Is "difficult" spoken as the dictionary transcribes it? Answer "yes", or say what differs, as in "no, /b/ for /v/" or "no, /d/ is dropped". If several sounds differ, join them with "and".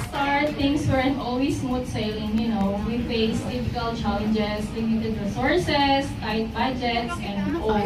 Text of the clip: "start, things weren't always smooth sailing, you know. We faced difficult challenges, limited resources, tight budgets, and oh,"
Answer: no, /p/ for /f/